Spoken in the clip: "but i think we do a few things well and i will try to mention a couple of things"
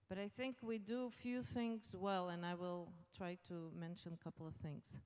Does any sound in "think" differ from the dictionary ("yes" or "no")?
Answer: no